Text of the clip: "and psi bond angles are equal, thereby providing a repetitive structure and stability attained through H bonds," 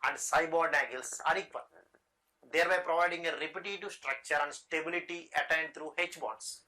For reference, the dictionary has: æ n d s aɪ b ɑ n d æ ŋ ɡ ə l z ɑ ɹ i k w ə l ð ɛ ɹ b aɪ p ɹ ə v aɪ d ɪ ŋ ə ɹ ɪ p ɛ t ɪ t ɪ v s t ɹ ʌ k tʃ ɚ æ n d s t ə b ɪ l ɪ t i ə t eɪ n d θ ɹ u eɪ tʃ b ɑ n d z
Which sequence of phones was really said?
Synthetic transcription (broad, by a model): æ n d s aɪ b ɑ d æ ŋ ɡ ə l s ɑ ɹ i k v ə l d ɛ ɹ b aɪ p ɹ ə v aɪ d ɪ ŋ ə ɹ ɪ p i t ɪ t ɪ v s t ɹ ʌ k tʃ ɚ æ n d s t ə b ɪ l ɪ t i ə t eɪ n d t ɹ u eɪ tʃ b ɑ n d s